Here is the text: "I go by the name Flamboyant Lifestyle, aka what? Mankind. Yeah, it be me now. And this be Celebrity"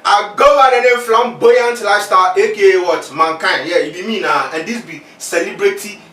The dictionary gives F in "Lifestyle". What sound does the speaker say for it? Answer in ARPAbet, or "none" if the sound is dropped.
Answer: none